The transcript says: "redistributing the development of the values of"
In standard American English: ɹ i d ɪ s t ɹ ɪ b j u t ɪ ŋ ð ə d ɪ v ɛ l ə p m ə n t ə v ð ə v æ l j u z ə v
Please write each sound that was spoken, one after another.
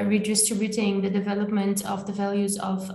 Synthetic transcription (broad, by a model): ɹ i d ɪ s t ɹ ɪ b j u t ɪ ŋ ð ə d ɪ v ɛ l ə p m ə n t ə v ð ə v æ l j u z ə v